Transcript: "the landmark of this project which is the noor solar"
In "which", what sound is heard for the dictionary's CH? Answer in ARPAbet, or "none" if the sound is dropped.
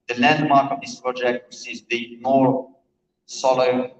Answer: S